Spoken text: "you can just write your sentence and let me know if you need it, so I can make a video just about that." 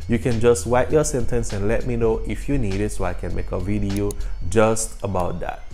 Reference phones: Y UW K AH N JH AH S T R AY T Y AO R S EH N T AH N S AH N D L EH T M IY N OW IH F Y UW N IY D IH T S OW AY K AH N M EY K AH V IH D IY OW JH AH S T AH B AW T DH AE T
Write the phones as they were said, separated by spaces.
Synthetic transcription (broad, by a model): Y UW K AH N JH AH S T W AY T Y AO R S EH N T AH N S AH N L EH T M IY N OW IH F Y UW N IY D IH T S OW AY K AH N M EY K AH V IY D IY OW JH AH S T AH B AW T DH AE T